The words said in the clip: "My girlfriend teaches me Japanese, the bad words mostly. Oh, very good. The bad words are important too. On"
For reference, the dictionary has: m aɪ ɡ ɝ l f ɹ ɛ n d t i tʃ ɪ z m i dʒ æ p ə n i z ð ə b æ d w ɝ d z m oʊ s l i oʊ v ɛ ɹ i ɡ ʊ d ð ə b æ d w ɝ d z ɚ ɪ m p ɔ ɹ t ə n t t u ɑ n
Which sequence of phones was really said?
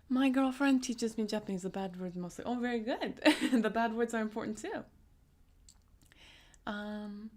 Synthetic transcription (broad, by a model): m aɪ ɡ ɝ l f ɹ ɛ n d t i tʃ ɪ z m i dʒ æ p ə n i z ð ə b æ d w ɝ d z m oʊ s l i oʊ v ɛ ɹ i ɡ ʊ d ð ə b æ d w ɝ d z ɚ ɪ m p ɔ ɹ t n t t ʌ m